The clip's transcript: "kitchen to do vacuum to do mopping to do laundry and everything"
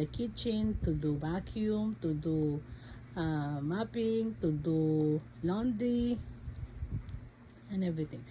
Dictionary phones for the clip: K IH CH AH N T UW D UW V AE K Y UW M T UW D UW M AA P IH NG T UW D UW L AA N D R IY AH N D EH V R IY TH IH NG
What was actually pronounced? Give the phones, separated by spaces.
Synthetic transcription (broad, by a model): K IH CH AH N T UW D UW B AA K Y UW M T UW D UW M AA P IH NG T UW D UW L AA N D IY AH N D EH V R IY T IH NG